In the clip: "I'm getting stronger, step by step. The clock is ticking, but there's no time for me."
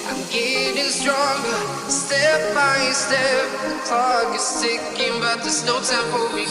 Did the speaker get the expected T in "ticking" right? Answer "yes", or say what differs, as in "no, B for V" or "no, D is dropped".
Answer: no, S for T